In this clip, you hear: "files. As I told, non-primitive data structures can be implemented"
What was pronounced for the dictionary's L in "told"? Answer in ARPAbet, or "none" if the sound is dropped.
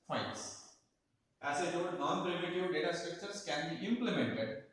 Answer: none